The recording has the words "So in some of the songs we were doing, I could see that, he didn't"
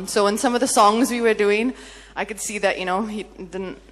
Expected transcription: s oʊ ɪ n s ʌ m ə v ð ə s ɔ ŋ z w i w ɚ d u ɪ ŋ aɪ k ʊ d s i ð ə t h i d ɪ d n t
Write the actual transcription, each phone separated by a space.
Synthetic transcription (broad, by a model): s oʊ ɪ n s ʌ m ə v ð ə s ɔ ŋ z w i w ɚ d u ɪ ŋ aɪ k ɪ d s i ð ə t h i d ɪ d n t